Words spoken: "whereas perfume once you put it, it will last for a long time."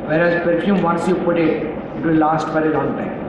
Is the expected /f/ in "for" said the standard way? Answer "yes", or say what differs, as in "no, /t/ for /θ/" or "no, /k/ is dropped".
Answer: no, /p/ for /f/